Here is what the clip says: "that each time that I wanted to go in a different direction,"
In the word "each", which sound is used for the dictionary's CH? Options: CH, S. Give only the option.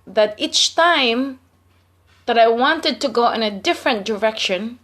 CH